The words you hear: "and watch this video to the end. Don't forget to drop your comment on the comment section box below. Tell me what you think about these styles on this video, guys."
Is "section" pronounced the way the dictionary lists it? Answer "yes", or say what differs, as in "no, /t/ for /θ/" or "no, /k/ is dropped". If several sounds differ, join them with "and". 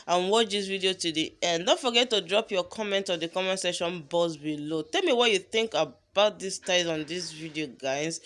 no, /k/ is dropped